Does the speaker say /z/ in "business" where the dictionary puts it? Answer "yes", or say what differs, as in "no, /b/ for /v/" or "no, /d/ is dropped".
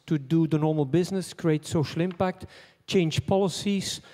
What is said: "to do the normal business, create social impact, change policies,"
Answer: yes